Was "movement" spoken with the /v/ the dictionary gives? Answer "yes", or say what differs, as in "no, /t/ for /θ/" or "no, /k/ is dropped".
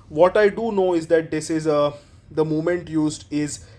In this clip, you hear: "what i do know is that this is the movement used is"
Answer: no, /v/ is dropped